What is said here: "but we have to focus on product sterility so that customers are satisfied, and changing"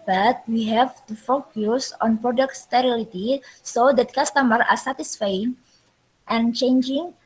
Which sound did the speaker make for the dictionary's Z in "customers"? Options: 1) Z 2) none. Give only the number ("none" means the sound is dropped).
2